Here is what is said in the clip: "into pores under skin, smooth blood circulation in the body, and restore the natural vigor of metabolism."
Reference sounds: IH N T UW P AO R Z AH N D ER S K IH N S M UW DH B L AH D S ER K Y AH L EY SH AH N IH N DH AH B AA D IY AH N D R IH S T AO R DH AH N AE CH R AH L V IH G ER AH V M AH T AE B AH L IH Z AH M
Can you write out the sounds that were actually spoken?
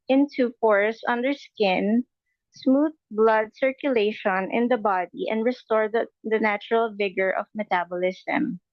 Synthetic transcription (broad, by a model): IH N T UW F AO R S AH N D ER S K IH N S M UW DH B L AH D S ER K Y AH L EY SH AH N IH N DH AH B AA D IY AH N D R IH S T AO R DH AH N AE CH R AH L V IH G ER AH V M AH T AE B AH L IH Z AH M